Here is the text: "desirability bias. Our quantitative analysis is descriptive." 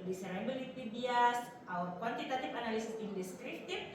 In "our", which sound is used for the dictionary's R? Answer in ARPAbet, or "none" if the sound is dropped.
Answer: W